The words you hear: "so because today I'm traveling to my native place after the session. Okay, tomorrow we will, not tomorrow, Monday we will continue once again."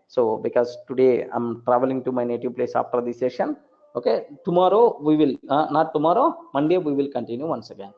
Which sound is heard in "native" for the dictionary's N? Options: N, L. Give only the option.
N